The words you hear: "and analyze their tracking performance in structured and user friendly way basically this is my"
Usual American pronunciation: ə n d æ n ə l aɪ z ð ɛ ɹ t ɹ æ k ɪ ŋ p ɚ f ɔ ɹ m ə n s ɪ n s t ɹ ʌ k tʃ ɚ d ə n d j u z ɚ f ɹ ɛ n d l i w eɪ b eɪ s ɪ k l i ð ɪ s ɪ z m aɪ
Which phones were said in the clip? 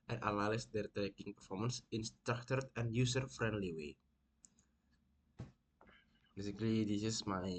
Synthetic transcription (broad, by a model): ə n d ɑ l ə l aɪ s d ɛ ɹ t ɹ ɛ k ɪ ŋ p ɚ f ɔ ɹ m ə n s ɪ n s t ɹ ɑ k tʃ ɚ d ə n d j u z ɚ f ɹ ɛ n d l i w eɪ b eɪ s ɪ k l i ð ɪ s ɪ s m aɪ